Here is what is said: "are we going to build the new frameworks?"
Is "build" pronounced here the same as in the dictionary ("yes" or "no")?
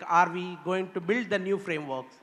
yes